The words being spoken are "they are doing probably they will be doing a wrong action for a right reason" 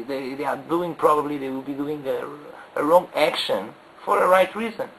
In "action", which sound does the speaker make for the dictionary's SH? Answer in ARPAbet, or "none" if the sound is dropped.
SH